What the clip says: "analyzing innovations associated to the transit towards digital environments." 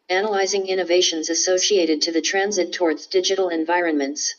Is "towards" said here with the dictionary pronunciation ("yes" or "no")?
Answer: yes